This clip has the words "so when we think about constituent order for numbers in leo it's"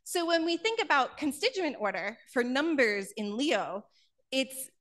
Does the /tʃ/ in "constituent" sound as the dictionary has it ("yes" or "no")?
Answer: yes